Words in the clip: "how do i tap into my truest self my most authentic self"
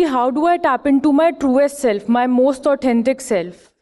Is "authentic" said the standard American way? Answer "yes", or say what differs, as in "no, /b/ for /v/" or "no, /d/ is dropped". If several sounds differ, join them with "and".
no, /t/ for /θ/